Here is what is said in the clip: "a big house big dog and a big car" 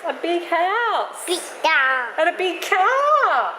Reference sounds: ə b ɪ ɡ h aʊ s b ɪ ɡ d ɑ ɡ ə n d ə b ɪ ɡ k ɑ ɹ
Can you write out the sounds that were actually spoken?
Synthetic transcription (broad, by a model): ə b ɪ ɡ h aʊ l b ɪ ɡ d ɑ ə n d ə b ɪ ɡ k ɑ